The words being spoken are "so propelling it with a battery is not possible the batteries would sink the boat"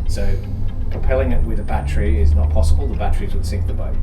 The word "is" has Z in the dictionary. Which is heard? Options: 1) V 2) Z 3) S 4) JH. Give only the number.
2